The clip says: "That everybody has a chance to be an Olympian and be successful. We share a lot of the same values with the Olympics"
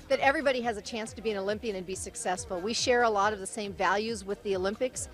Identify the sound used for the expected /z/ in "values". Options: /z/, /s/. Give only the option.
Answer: /z/